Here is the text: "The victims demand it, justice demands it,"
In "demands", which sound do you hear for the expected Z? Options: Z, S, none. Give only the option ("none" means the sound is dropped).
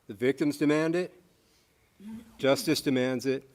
Z